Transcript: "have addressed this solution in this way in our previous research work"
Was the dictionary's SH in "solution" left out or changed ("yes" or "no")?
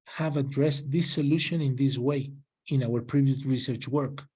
no